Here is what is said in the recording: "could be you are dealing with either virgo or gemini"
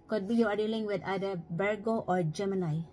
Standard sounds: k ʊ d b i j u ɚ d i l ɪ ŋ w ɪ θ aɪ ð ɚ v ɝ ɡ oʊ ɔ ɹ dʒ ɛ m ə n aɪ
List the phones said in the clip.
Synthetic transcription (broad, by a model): k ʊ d b i j u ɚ d i l ɪ ŋ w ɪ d aɪ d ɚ b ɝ ɡ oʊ ɔ ɹ dʒ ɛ m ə n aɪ